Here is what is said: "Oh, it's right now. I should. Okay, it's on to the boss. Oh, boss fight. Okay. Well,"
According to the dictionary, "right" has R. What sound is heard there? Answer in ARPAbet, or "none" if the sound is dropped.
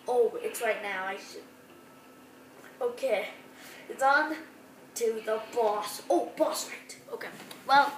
R